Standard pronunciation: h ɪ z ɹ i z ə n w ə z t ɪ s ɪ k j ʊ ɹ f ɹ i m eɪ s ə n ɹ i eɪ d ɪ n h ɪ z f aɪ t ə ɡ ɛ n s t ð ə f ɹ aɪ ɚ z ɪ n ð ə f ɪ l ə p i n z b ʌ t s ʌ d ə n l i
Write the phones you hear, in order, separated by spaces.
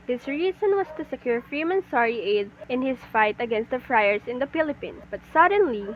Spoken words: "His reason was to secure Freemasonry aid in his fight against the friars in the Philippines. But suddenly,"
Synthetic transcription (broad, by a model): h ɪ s ɹ i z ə n w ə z t ɪ s ɪ k j ʊ ɹ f ɹ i m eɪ s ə ɹ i eɪ d ɪ n h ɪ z f aɪ t ə ɡ ɛ n s t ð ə f ɹ aɪ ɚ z ɪ n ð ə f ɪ l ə p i n s b ʌ t s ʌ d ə n l i